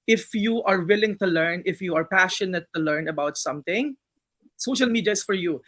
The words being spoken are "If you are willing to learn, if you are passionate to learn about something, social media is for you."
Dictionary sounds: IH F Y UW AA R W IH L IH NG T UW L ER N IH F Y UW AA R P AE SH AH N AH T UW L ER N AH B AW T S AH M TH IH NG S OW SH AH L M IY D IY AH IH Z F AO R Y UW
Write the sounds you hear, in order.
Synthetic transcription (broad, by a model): IH F Y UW AA R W IH L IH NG T UW L ER N IH F Y UW AA R P AE SH AH N AH T UW L ER N AH B AW T S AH M T IH NG S OW SH AH L M IY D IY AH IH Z F AO R Y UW